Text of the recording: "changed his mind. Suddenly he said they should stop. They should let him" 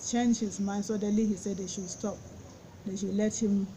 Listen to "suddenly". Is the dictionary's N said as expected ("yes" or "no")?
no